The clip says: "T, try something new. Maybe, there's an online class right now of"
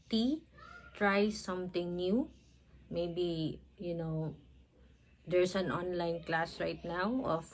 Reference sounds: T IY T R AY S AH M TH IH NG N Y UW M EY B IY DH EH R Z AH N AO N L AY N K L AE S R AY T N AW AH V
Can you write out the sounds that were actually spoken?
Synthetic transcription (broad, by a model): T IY T R AY S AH M T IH NG N Y UW M EY B IY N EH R S AH N AO N L AY N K L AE S R AY T N AW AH